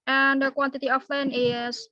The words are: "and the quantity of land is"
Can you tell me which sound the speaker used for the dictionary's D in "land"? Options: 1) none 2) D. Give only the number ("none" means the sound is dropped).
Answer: 1